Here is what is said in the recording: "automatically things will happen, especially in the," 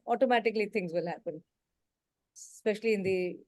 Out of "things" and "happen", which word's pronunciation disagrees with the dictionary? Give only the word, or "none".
things